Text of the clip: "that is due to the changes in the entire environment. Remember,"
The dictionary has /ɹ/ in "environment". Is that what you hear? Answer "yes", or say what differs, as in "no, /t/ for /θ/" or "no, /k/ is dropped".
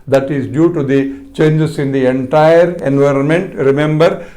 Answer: yes